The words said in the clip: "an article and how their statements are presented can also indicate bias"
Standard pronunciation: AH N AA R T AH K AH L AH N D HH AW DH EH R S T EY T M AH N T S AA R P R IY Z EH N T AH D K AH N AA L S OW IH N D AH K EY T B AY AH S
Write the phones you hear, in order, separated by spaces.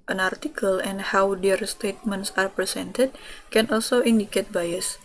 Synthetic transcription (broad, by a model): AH N AA R T AH K AH L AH N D HH AW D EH R S T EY T M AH N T S AA R P R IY S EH N T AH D K AH N AA L S OW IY N D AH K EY T B AY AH S